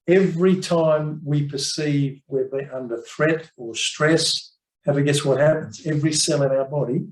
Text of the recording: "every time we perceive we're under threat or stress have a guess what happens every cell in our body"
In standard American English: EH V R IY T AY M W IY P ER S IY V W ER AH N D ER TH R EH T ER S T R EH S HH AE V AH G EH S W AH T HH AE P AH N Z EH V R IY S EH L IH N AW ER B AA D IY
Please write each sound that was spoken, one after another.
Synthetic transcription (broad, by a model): EH V R IY T AY M W IY P ER S IY V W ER AH N D ER TH R EH T ER S T R EH S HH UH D AH G EH S W AH T HH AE P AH N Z EH V R IY S EH L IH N AW ER B AA D IY